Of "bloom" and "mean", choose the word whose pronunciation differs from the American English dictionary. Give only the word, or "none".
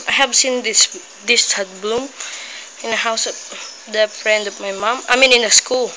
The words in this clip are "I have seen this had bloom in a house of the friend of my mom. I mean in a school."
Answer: none